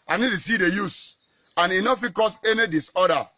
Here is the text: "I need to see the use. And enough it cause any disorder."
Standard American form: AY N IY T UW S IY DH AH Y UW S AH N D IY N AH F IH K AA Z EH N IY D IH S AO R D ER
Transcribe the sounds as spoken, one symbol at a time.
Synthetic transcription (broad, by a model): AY N IY T UW S IY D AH Y UW S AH N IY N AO F IH K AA S EH N IY D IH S AO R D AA